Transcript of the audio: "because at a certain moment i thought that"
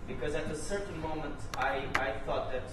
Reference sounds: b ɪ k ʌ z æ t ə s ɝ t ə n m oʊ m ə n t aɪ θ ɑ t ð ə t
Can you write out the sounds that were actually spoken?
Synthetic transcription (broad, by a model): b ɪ k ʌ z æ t ə s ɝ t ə n m oʊ m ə n t aɪ θ ɑ t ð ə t